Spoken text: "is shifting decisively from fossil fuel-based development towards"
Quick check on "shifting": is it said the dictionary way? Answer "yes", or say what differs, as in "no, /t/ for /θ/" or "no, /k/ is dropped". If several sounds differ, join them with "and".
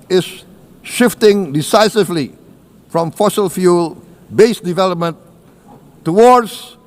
yes